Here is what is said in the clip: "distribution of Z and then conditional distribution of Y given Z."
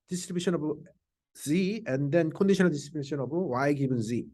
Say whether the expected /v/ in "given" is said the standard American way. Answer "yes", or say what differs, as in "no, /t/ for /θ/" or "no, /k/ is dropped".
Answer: no, /b/ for /v/